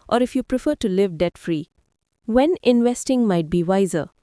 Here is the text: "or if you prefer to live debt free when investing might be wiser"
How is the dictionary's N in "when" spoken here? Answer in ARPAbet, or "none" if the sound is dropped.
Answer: N